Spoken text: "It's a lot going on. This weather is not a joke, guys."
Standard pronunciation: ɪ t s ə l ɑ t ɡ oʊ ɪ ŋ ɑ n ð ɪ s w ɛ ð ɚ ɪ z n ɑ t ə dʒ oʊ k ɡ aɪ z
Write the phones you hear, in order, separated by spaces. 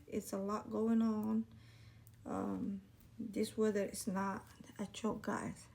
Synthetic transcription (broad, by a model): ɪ t s ə l ɑ t ɡ oʊ ɪ ŋ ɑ n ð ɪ s w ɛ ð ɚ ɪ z n ɑ t ə tʃ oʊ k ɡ aɪ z